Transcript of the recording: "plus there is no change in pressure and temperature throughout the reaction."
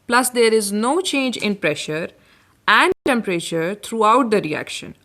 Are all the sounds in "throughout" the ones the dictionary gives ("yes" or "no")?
no